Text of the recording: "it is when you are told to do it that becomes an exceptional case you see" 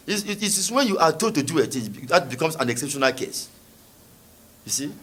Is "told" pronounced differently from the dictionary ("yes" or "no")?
yes